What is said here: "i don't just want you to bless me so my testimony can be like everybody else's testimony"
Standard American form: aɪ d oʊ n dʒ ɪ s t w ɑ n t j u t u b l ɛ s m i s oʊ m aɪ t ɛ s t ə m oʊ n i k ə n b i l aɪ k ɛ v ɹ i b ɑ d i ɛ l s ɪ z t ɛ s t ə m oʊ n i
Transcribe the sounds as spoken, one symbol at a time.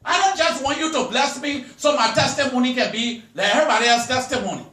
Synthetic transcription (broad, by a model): aɪ d oʊ n dʒ ɪ s t w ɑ n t j u t u b l ɛ s m i s oʊ m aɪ t ɛ s t ə m oʊ n i k ə n b i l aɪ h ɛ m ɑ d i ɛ s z t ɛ s t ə m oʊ n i